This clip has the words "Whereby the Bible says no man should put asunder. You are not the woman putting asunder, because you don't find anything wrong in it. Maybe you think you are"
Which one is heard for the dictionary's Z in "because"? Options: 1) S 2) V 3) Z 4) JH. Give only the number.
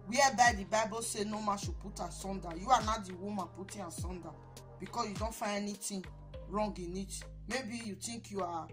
1